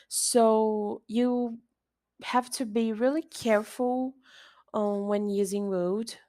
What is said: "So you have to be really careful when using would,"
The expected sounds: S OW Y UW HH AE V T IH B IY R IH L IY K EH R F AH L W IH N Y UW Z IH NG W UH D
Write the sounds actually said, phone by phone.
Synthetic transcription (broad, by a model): S OW Y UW HH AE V T IH B IY R IH L IY K EH R F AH W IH N Y UW Z IH NG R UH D